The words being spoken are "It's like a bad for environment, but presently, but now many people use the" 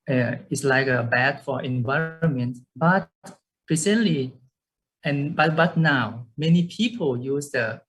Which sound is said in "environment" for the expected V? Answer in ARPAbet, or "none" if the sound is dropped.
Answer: V